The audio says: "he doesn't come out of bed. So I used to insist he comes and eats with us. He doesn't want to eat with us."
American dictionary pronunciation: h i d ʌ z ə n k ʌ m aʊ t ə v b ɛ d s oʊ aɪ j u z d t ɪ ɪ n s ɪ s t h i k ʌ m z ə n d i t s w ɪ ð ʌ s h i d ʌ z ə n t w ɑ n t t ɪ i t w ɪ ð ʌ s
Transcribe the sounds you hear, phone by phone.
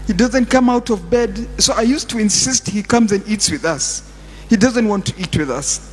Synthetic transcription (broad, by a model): h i d ʌ z ə n k ʌ m aʊ t ə v b ɛ d s oʊ aɪ j u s t ɪ ɪ n s ɪ s t h i k ʌ m z ə n d i t s w ɪ ð ʌ s h i d ʌ z ə n t w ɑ n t t ɪ i t w ɪ ð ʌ s